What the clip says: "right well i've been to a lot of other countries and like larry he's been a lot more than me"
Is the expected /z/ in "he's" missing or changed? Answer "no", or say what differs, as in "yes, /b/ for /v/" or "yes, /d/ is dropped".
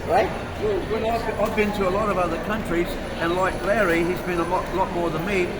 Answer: no